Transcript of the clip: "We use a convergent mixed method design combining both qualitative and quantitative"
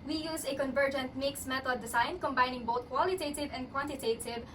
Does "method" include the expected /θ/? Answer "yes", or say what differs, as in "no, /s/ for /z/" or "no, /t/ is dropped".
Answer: no, /t/ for /θ/